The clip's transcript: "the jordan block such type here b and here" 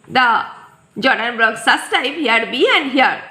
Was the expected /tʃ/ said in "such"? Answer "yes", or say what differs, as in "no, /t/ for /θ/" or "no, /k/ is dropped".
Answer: no, /s/ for /tʃ/